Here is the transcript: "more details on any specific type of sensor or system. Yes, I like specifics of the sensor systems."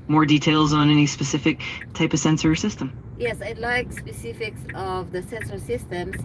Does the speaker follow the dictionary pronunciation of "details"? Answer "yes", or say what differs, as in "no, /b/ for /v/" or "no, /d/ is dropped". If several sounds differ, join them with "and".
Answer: yes